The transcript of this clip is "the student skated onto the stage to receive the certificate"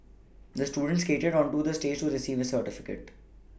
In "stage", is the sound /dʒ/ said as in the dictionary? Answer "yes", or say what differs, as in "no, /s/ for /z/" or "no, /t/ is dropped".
yes